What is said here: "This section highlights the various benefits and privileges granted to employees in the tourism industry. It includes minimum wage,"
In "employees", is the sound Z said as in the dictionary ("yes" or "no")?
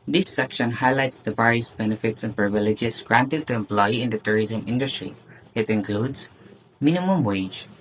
no